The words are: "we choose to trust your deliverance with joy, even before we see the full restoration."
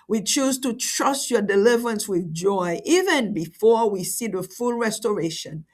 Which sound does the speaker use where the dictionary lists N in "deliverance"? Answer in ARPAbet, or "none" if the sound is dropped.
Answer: N